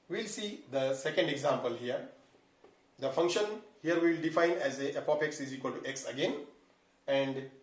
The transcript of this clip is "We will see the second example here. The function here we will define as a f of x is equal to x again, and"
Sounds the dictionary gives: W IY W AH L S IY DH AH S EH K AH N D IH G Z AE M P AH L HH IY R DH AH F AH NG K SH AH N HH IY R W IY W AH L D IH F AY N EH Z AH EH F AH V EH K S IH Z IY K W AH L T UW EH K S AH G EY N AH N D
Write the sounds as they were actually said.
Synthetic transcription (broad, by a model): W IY L S IY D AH S EH K AH N D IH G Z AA M P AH L HH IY R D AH F AH NG K SH AH N HH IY R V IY L D IH F AY N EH Z AH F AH P EH K S IH Z IY K W AH L T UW EH K S AH G EY N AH N D